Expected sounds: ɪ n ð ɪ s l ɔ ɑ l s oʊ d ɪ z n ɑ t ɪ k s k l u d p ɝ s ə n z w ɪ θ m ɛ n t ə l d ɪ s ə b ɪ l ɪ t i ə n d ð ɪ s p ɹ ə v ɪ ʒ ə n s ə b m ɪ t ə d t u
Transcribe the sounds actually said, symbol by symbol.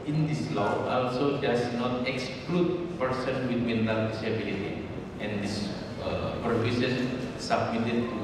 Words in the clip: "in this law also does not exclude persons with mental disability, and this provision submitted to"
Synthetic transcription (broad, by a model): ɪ n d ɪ s l ɔ ɑ l s oʊ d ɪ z n ɑ t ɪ k s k l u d p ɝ s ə n w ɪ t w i n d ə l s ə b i l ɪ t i ə n d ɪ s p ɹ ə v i s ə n s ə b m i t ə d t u